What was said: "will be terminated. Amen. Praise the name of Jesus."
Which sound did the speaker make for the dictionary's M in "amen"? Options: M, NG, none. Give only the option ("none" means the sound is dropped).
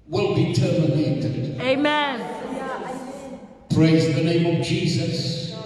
M